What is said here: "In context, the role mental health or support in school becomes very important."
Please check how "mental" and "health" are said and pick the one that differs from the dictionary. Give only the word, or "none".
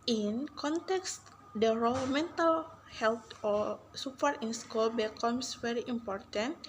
health